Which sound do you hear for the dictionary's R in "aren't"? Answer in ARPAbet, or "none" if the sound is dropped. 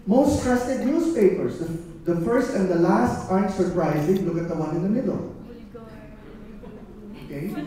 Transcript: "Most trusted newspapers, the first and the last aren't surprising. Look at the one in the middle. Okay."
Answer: none